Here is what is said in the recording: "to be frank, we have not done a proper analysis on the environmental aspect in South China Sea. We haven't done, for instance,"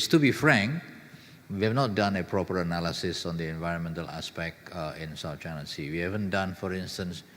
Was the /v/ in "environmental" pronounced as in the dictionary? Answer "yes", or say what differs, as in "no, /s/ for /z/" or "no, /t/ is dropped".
yes